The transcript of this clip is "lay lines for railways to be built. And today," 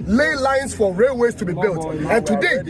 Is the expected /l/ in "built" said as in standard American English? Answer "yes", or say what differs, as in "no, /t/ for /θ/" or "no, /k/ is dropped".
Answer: yes